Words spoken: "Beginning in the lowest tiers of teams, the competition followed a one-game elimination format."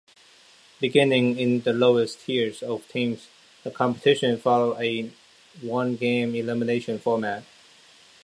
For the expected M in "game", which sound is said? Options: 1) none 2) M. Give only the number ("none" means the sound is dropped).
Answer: 2